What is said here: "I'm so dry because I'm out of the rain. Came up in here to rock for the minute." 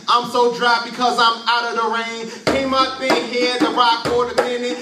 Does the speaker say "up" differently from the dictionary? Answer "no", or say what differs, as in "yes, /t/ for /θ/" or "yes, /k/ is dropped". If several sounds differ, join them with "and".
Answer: yes, /b/ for /p/